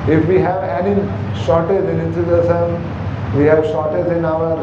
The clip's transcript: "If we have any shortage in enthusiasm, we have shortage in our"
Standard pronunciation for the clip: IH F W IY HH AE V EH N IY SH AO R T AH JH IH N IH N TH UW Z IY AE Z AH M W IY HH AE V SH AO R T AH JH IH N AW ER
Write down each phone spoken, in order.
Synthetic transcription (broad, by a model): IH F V IY HH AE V EH N IY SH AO R T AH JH IH N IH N S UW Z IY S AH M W IY HH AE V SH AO R T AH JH IH N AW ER